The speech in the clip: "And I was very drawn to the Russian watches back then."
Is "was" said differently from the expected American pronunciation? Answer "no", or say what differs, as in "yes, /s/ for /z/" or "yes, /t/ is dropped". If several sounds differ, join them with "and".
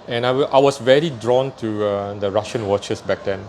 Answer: yes, /s/ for /z/